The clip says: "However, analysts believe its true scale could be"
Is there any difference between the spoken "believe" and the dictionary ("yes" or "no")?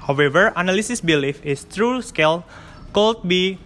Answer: yes